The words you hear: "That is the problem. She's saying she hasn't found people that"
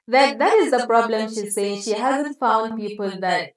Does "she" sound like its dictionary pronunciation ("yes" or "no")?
yes